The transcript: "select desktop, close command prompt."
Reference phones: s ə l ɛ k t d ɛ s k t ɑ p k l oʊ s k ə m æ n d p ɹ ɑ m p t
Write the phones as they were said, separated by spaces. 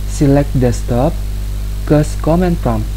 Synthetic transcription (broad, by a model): s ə l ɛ k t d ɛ s t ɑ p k oʊ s k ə m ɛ n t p ɹ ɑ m